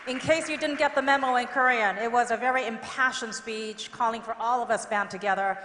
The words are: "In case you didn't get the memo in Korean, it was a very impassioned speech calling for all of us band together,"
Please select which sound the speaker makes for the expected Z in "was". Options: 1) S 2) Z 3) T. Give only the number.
2